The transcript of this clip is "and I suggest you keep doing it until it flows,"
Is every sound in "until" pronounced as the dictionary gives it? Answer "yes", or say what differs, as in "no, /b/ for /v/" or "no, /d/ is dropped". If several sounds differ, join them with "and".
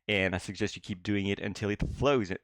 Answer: yes